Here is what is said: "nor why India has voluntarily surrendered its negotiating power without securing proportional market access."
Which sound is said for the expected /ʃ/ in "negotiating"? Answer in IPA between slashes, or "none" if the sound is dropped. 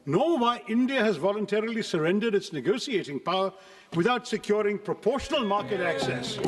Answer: /s/